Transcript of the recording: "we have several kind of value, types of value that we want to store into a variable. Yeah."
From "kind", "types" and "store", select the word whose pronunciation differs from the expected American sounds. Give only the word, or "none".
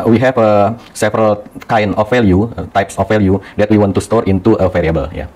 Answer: kind